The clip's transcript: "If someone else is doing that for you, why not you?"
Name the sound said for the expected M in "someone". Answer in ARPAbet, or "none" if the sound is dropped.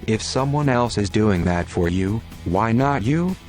M